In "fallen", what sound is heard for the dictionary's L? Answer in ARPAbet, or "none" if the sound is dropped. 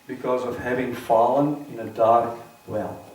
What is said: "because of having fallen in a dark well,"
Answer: L